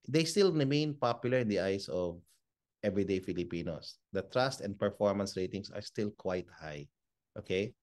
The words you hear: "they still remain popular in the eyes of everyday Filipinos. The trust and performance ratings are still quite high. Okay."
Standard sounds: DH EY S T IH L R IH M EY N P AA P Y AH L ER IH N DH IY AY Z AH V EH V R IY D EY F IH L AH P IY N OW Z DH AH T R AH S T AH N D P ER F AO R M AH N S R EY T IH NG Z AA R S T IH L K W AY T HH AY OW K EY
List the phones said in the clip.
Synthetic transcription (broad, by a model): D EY S T IH L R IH M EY N P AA P Y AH L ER IH N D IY AY S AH V EH V R IY D EY F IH L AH P IY N OW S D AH T R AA S T AH N D P ER F AO R M AH N S R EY T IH NG S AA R S T IH L K W AY T HH AY OW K EY